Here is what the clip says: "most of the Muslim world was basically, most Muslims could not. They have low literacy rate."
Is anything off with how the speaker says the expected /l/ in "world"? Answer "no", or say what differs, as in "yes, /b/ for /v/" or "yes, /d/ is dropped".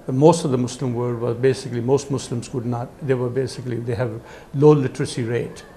yes, /l/ is dropped